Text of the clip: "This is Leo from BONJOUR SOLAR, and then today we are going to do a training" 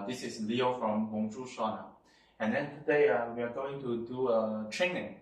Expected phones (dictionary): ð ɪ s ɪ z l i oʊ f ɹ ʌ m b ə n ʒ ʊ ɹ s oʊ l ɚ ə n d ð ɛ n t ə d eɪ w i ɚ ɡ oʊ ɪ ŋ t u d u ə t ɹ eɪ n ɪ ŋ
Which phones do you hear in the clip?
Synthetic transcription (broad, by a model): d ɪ s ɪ s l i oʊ f ɹ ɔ m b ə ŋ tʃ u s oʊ n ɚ ə n d ɛ n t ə d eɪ w i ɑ ɡ oʊ ɪ ŋ t u d u ə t ɹ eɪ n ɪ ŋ